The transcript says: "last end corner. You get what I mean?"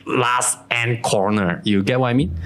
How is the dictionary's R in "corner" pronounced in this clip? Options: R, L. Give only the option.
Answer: R